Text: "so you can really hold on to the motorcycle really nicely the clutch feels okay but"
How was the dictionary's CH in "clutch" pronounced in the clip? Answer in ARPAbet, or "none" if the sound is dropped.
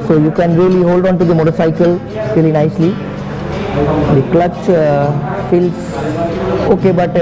CH